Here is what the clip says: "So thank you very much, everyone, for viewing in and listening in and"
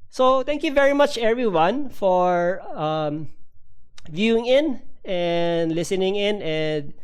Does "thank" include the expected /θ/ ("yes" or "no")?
no